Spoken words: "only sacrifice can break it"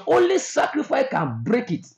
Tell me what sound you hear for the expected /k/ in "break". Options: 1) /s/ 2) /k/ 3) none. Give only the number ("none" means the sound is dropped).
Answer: 2